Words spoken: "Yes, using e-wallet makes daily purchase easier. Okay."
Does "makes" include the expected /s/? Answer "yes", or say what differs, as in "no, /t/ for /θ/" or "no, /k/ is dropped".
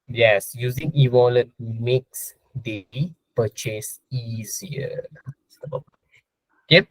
yes